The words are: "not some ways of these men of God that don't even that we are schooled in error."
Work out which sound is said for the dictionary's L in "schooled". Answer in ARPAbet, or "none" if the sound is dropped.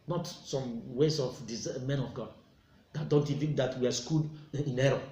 none